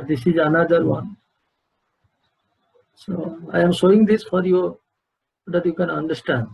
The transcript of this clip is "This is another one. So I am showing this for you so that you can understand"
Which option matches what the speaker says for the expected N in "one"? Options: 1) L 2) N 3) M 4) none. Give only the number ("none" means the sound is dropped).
2